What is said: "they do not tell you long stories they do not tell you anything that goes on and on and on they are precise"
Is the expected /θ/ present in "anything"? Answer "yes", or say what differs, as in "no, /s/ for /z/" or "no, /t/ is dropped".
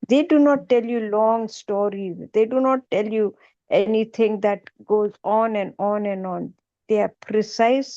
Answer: no, /t/ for /θ/